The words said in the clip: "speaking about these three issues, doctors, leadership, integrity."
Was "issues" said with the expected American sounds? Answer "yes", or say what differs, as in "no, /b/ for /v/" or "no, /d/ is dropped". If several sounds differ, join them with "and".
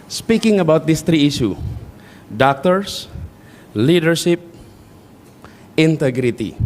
no, /z/ is dropped